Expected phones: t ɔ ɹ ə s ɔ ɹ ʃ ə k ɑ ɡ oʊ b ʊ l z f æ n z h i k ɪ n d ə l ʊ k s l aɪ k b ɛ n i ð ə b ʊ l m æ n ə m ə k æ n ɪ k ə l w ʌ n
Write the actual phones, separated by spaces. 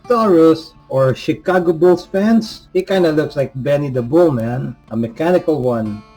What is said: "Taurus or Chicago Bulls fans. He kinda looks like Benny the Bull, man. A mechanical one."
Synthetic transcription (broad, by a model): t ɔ ɹ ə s ɔ ɹ ʃ ə k ɑ ɡ oʊ b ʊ l s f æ n s h i k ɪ n d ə l ʊ k s l aɪ k b ɛ n i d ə b ʊ l m æ n ə m ə k æ n ɪ k ə l w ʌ n